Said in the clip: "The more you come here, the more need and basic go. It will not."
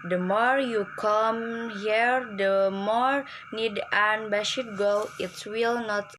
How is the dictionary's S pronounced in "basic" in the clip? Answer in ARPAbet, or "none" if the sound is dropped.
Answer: SH